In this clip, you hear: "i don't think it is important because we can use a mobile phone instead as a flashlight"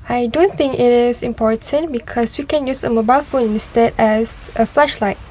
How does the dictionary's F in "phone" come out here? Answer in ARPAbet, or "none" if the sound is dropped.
F